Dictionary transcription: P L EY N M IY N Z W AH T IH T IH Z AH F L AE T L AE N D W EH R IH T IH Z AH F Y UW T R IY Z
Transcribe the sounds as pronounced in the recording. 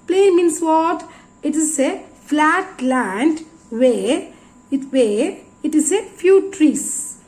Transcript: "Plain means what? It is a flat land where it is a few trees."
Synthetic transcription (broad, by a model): P L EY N M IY N S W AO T IH T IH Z AH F L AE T L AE N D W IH W IH T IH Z AH F Y UW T R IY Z